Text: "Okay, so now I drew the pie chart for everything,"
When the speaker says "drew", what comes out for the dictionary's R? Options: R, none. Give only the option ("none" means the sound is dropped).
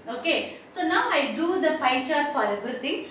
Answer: none